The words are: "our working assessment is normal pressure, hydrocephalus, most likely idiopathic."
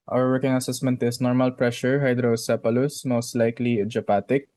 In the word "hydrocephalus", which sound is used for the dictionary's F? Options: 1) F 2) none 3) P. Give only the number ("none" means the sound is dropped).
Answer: 3